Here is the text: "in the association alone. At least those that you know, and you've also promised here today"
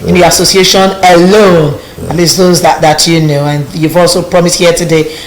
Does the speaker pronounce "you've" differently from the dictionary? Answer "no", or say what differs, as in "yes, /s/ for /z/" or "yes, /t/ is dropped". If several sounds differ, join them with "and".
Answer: no